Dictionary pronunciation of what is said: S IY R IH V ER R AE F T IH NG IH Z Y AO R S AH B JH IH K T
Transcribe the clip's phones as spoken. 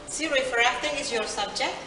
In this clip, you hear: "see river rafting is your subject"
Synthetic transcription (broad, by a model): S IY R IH F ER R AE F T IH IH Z Y AO R S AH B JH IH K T